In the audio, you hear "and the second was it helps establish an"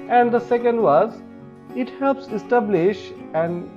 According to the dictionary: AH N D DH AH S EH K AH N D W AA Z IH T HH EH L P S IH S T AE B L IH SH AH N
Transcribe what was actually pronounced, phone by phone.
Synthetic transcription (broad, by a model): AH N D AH S EH K AH N D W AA Z IH T HH EH L P S IH S T AE B L IH SH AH N